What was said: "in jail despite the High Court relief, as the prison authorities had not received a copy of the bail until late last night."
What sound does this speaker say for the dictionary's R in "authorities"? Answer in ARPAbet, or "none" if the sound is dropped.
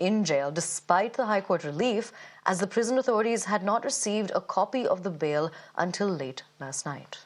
R